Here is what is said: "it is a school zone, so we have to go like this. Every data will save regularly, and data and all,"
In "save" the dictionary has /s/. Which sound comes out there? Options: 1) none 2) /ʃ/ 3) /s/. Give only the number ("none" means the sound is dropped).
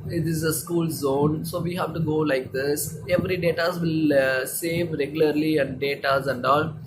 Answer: 3